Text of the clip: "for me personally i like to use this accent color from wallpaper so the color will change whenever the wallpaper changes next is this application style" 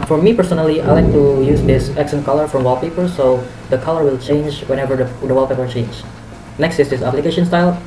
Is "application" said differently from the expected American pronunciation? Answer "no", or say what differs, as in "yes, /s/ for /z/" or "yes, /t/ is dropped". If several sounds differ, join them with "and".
no